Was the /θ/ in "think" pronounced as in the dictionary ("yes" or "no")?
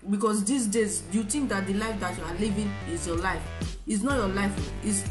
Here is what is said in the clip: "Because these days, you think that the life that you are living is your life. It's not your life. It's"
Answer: no